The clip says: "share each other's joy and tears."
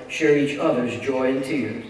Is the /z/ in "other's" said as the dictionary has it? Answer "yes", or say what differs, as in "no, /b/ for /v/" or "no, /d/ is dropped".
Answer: yes